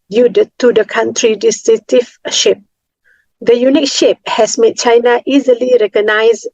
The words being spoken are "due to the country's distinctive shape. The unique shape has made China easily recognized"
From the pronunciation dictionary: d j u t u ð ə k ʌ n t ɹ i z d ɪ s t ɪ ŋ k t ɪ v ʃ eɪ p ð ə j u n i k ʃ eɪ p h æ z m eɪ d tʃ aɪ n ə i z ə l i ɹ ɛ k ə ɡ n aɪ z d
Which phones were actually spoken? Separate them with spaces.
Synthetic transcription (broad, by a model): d j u t u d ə k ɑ n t ɹ i d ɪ s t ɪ k t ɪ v ʃ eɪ p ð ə j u n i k ʃ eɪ p h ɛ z m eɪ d tʃ aɪ n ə i z ə l i ɹ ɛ k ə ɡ n aɪ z